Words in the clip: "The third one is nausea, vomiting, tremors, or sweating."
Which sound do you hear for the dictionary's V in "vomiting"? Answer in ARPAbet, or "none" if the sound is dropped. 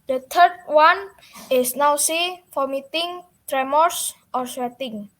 F